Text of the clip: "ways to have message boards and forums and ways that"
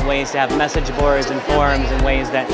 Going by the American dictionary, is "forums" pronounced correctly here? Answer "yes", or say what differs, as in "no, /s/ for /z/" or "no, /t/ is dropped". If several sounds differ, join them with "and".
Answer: yes